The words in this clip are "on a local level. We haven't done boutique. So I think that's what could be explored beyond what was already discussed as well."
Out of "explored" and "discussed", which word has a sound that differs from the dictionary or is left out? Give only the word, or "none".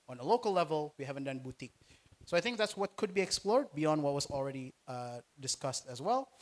none